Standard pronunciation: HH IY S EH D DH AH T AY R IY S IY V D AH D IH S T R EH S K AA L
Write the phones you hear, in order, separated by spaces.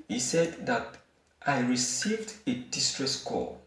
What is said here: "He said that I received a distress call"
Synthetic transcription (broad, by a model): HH IY S EH D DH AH T AY R IY S IY V D AH D IH S T R EH S K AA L